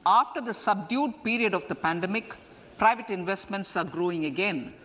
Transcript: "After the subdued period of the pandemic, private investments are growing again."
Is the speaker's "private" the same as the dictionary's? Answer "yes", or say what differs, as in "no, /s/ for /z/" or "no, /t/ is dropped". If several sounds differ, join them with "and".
yes